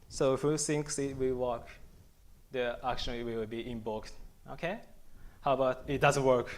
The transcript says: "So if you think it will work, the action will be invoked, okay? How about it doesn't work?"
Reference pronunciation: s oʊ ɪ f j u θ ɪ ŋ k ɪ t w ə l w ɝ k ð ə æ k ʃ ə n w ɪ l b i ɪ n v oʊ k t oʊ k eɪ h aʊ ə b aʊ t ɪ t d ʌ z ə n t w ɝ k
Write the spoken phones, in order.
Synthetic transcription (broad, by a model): s oʊ ɪ f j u s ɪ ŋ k ɪ t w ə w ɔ k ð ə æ k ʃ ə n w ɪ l b i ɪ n b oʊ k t oʊ k eɪ h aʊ ə b aʊ t ɪ t d ʌ z ə n t w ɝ k